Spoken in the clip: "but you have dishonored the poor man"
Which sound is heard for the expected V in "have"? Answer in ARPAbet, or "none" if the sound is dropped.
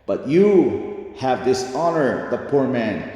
V